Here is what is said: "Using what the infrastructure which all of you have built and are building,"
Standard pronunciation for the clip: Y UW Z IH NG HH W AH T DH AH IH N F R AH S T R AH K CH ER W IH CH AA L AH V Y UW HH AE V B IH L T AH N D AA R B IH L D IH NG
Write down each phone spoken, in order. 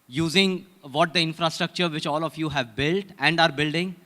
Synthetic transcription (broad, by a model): Y UW Z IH NG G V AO T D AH IH N F R AH S T R AH K CH ER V IH CH AA L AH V Y UW HH AE V B IH L T AH N D AA R B IH L D IH NG